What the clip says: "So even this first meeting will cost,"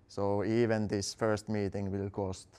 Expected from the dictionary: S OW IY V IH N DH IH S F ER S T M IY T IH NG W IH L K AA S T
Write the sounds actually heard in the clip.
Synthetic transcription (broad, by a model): S OW IY V IH N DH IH S F ER S T M IY T IH NG W IH L K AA S T